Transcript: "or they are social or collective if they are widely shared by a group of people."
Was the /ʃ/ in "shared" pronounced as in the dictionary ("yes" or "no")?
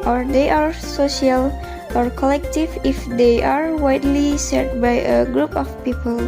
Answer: no